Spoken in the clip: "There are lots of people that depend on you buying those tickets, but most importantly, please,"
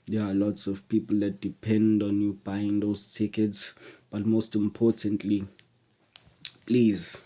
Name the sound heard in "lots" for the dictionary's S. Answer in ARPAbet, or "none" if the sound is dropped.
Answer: S